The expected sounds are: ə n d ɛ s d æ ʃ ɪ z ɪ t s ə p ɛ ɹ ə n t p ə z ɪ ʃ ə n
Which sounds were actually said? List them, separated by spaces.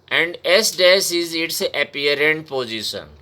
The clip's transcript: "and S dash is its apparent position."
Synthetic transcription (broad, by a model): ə n d ɛ s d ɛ s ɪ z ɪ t s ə p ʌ ɹ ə n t p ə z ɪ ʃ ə n